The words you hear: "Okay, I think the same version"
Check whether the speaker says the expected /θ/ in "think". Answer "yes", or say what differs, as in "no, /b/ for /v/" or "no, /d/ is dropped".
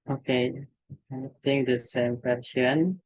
no, /t/ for /θ/